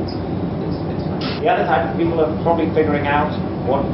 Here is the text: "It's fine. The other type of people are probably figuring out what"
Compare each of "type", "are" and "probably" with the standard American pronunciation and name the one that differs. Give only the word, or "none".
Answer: type